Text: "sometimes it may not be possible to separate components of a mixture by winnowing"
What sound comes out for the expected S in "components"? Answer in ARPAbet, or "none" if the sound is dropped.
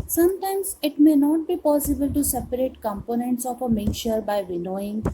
S